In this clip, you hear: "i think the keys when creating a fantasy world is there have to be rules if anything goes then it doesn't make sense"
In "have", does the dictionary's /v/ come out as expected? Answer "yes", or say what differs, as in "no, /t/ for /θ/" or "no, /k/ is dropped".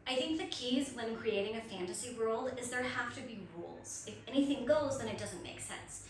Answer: no, /f/ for /v/